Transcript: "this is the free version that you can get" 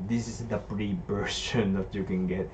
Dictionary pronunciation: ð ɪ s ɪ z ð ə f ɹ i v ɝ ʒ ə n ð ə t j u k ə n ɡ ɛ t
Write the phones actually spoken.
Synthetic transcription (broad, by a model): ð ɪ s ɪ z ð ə p ɹ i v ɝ ʃ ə n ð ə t j u k ə n ɡ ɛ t